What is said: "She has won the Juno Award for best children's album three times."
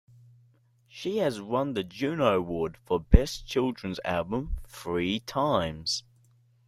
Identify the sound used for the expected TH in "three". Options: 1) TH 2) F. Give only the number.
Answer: 2